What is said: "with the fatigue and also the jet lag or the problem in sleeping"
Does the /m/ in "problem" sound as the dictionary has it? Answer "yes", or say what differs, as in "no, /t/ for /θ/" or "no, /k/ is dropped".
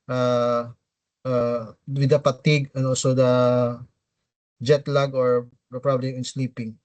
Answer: no, /m/ is dropped